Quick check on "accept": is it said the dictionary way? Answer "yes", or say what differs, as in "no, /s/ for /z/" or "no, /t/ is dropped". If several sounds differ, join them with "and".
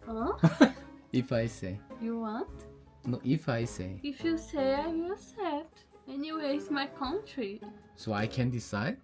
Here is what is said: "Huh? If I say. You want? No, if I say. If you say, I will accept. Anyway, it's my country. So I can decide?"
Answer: no, /k/ is dropped and /p/ is dropped